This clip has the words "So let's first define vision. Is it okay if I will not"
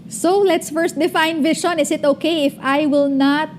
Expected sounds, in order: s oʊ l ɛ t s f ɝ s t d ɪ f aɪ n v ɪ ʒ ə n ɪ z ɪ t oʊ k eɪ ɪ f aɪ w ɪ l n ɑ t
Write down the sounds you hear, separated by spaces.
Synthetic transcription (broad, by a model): s oʊ l ɛ t s f ɝ s t d ɪ f aɪ n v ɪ ʃ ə n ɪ s ɪ t oʊ k eɪ ɪ f aɪ w ɪ l n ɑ t